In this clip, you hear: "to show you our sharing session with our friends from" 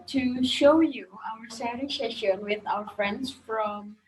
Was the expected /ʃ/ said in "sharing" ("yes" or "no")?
no